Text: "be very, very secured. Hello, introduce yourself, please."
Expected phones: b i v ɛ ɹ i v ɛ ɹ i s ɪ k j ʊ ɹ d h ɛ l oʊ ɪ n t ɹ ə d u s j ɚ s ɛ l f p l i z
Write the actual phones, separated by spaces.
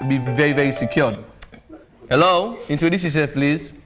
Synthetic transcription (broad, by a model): b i v ɛ ɹ i v ɛ ɹ i s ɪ k j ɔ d h ɛ l oʊ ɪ n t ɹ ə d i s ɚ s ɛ n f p l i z